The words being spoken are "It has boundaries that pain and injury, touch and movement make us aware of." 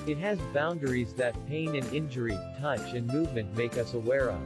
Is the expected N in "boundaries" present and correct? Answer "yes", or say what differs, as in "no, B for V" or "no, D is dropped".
yes